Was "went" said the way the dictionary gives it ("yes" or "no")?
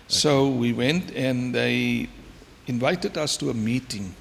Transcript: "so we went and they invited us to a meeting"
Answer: yes